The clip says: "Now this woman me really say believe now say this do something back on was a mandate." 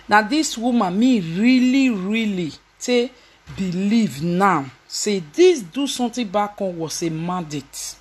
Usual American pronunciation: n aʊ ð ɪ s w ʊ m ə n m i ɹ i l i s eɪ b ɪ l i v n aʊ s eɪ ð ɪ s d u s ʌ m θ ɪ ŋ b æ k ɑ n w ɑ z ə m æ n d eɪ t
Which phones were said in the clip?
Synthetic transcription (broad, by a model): n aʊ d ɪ s w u m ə n m i ɹ i l i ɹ eɪ b ɪ l i v n aʊ s eɪ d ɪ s d u s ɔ m t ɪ b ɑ k ɑ n w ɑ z ə m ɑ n d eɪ t